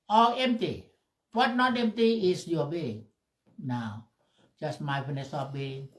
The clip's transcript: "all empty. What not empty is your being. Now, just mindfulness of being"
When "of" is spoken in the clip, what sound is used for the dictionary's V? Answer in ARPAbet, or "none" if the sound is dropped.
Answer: P